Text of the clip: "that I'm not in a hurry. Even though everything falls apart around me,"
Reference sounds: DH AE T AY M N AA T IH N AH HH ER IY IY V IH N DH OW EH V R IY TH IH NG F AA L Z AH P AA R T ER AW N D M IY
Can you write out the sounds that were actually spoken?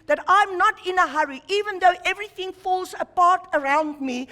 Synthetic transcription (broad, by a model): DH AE T AY M N AA T IH N AH HH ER IY IY V IH N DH OW EH V R IY TH IH NG F AA L Z AH P AA R T ER AW N D M IY